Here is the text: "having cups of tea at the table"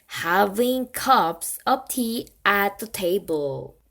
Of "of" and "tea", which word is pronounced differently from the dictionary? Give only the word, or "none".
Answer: of